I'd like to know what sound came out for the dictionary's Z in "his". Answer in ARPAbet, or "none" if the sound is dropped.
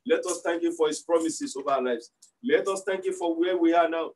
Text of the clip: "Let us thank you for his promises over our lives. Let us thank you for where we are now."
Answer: S